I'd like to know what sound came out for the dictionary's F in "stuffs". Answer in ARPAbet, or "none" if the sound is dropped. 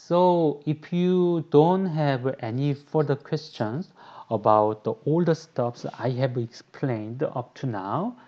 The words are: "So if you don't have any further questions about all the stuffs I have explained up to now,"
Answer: P